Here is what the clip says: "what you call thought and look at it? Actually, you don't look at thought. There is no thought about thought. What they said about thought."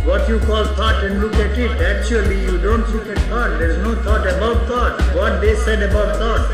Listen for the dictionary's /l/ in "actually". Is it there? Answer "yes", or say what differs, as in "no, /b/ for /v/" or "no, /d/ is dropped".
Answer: yes